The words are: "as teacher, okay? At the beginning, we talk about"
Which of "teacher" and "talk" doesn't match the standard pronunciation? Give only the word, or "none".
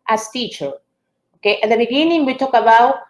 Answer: none